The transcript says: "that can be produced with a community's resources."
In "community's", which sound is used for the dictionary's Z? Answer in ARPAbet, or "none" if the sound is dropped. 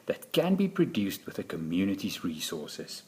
Z